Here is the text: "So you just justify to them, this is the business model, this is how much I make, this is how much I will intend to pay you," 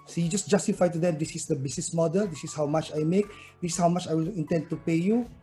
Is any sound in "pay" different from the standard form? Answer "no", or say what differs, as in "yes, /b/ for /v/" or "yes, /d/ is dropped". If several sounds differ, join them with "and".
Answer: no